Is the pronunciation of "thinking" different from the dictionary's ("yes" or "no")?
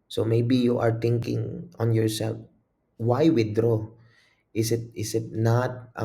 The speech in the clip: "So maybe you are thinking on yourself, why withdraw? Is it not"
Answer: yes